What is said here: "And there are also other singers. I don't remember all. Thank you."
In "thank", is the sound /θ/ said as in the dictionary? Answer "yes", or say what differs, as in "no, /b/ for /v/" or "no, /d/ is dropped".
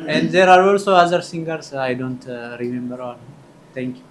no, /t/ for /θ/